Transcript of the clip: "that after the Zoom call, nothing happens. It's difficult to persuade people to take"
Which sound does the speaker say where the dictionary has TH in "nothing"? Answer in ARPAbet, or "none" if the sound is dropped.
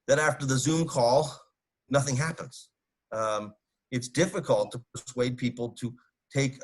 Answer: TH